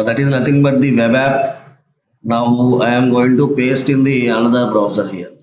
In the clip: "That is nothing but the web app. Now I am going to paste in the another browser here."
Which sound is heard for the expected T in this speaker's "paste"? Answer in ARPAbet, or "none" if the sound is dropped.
T